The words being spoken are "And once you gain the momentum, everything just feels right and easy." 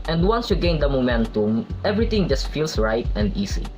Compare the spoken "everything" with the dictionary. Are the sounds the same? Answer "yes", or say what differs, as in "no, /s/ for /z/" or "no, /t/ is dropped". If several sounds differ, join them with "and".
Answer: no, /t/ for /θ/